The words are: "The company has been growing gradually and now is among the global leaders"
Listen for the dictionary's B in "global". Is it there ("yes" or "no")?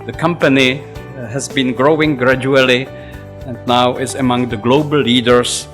no